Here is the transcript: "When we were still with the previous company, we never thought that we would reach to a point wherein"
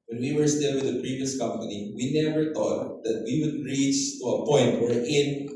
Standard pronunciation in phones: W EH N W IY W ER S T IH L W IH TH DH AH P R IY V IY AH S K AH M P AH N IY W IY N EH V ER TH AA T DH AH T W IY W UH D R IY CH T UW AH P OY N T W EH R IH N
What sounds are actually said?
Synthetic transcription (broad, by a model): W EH N W IY W ER S T IH L W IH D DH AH P R IY V IY AH S K AH M P AH N IY W IY N EH V ER T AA T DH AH T W IY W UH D R IY CH T UW AH P OY N T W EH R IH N